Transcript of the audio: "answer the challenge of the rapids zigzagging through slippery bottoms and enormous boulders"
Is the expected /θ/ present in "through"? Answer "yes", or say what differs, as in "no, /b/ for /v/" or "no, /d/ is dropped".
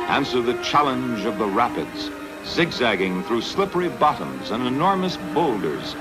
yes